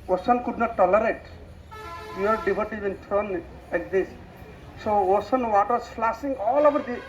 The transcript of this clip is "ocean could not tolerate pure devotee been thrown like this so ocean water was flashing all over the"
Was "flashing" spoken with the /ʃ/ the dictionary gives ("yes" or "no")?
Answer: no